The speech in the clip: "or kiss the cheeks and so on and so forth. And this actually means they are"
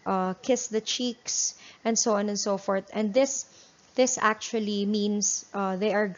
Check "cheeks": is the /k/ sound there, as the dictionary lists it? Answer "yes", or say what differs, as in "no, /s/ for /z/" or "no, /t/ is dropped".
yes